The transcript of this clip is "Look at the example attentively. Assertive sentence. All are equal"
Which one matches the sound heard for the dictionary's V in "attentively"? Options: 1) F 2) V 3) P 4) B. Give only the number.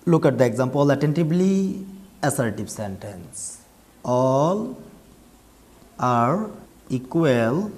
4